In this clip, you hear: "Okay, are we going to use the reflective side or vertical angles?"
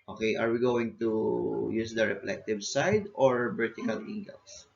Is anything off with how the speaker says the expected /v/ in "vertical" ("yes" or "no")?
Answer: yes